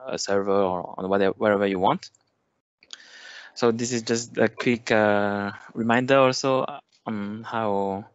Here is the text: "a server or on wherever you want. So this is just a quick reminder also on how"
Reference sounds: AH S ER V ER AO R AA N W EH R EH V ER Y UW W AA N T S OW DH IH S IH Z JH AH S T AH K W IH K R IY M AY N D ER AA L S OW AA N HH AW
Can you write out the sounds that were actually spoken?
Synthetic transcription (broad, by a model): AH S ER V ER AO W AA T W EH R EH V ER Y UW W AA N T S OW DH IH S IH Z JH AH S T AH K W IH K R IY M AY N D ER AA L S OW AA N HH AW